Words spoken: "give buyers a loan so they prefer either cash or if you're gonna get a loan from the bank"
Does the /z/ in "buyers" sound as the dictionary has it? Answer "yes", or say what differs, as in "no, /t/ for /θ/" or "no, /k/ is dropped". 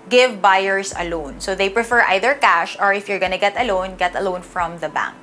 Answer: no, /s/ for /z/